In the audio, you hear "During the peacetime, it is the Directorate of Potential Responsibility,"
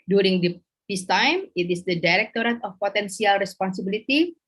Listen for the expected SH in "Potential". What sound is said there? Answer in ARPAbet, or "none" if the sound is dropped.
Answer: S